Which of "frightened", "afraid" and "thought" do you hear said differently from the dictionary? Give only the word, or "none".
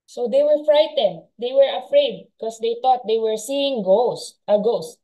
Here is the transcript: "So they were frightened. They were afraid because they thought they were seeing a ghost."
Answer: thought